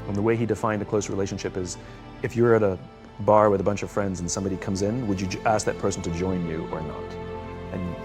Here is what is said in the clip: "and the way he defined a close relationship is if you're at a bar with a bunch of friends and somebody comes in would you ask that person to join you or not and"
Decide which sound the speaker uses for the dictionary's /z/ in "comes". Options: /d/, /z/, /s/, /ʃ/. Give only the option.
/z/